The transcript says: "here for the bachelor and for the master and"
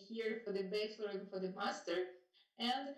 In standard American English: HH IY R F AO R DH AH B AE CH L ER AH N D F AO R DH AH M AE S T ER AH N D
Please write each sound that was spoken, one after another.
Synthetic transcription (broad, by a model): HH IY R F AO R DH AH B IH S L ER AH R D F AO R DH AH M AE S T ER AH N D